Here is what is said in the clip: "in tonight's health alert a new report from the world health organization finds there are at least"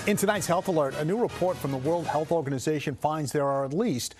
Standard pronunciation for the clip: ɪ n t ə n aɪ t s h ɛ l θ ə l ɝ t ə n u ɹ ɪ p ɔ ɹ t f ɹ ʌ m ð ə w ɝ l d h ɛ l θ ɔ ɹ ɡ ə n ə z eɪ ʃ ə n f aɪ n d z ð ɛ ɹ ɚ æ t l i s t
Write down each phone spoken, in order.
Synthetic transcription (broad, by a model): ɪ n t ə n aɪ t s h ɛ l θ ə l ɝ t ə n u ɹ ɪ p ɔ ɹ t f ɹ ʌ m ð ə w ɝ l d h ɛ l θ ɔ ɹ ɡ ə n ə z eɪ ʃ ə n f aɪ n d z ð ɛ ɹ ɚ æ t l i s t